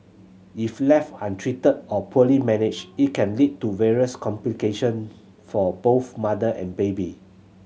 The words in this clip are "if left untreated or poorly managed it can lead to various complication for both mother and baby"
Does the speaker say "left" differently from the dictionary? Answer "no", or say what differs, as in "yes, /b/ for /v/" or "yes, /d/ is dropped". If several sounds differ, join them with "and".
yes, /t/ is dropped